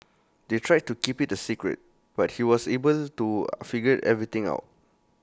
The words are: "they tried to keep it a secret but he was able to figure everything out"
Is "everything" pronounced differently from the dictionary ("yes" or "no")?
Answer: yes